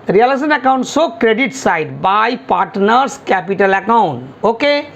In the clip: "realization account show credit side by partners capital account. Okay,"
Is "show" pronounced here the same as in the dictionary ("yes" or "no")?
no